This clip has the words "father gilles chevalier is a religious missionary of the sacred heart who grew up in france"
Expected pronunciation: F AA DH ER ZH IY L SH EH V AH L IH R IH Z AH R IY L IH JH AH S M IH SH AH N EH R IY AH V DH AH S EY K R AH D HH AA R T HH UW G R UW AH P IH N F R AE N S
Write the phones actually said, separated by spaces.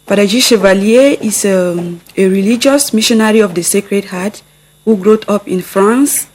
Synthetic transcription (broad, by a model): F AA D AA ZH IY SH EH V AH L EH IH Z AH R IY L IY JH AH S M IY SH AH N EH R IY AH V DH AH S EY K R AH D HH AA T HH UW G R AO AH P IH N F R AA N S